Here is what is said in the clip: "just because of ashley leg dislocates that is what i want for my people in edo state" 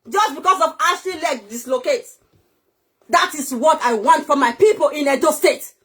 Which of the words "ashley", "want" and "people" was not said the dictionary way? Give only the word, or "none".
ashley